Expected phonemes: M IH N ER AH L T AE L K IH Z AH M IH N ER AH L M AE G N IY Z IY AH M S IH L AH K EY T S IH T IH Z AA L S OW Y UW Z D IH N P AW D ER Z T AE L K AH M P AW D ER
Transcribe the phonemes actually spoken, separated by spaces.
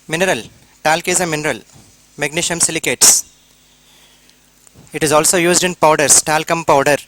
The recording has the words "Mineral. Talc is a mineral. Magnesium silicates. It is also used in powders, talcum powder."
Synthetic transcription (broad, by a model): M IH N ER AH L T AE L K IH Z AH M IH N ER AH L M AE G N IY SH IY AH M S IH L AH K EY T S IH T IH Z AA L S OW Y UW Z D IH N P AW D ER S T AE L K AH M P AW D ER